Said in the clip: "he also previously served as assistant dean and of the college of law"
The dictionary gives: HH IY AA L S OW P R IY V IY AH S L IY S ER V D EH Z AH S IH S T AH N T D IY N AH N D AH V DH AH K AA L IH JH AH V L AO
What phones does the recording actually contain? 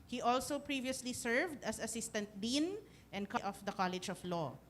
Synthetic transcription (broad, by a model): HH IY AA L S OW P R IY V IY AH S L IY S ER V D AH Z AH S IH S T AH N T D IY N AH N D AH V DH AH K AA L IH JH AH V L AO